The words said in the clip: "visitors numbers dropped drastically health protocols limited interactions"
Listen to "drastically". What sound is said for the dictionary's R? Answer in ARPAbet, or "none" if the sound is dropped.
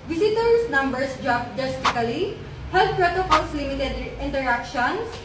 none